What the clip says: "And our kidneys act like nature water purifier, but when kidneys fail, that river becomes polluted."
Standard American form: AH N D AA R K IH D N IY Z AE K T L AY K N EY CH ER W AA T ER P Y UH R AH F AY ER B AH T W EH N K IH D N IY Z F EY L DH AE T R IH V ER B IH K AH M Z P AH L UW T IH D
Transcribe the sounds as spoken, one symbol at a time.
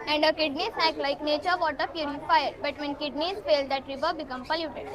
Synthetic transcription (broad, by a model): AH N D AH K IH D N IY S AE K L AY K N EY CH ER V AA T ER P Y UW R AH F AY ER B AH T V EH N K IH D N IY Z F EY L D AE T R IH V ER B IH K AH M P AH L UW T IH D